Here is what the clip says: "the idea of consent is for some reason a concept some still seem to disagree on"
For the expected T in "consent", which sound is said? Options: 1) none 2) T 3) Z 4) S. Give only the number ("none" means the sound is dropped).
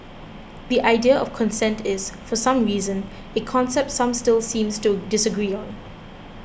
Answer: 2